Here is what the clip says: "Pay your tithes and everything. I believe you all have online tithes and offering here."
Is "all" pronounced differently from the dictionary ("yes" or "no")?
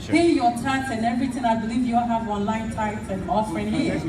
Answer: yes